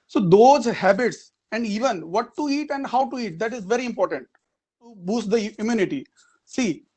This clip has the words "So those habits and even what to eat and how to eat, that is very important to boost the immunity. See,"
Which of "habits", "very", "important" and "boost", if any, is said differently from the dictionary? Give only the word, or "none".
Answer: none